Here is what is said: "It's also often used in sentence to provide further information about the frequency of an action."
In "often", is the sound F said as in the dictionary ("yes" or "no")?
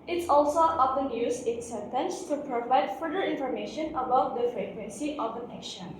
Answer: no